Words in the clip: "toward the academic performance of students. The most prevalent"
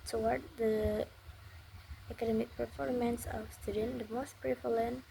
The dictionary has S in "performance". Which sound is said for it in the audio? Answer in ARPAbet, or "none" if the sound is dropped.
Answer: S